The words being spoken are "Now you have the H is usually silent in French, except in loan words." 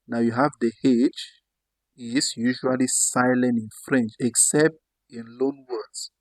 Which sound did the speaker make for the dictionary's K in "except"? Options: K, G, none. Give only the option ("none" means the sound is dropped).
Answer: K